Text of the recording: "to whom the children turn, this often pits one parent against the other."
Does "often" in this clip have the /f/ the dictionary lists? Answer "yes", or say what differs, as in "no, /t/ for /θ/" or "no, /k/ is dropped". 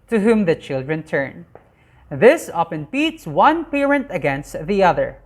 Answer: no, /p/ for /f/